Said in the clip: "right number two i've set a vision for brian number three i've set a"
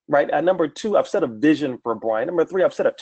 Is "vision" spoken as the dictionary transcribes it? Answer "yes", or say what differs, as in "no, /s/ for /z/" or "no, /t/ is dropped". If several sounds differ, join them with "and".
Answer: yes